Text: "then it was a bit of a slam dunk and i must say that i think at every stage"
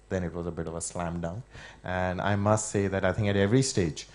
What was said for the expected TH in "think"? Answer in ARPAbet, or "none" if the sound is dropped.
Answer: TH